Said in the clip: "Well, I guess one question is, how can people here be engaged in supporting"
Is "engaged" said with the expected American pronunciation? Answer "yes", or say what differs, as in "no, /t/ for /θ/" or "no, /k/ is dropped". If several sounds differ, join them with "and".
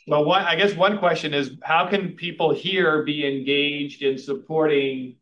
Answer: yes